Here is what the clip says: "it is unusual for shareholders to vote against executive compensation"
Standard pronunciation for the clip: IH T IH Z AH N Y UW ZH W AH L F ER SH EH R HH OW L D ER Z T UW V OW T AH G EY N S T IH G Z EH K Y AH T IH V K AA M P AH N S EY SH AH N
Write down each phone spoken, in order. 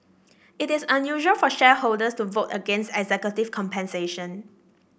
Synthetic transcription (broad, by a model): IH T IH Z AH N Y UW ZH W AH L F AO SH EH HH OW L D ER S T UW V OW T AH G EY N S T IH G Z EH K Y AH T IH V K AA M P AH N S EY SH AH N